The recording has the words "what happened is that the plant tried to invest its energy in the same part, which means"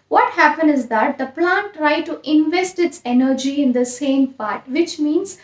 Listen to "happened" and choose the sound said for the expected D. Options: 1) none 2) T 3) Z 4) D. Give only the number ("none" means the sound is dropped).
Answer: 1